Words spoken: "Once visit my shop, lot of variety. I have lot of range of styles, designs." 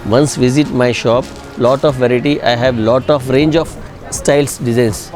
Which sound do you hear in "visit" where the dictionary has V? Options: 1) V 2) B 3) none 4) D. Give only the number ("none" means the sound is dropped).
1